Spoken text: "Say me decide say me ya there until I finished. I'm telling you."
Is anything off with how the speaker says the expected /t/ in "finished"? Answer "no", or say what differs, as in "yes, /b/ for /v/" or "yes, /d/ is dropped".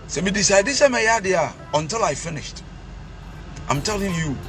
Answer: no